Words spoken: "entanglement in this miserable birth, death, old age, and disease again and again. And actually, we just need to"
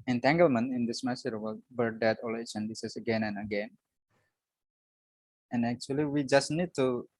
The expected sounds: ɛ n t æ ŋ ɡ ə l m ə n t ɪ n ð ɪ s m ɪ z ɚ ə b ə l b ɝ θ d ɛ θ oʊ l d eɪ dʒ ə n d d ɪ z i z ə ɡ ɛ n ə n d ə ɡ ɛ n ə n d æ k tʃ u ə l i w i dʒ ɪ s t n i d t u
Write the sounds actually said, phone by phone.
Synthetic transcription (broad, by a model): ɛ n t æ ŋ ɡ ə l m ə n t ɪ n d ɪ s m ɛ s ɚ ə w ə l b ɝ d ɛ t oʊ l eɪ tʃ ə n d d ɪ s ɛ s ə ɡ ɛ n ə n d ə ɡ ɛ n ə n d æ k tʃ u ə l i w i dʒ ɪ s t n i d t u